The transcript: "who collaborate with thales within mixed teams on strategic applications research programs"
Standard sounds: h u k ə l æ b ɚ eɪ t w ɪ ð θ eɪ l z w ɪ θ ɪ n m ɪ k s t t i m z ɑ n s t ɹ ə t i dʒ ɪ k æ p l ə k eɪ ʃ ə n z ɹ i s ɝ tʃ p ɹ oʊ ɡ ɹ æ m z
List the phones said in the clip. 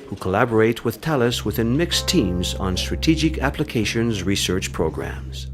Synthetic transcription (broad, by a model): h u k ə l æ b ɚ eɪ t w ɪ ð t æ l s w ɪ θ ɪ n m ɪ k s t t i m z n s t ɹ ə t i dʒ ɪ k æ p l ə k eɪ ʃ ə n z ɹ i s ɝ tʃ p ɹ oʊ ɡ ɹ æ m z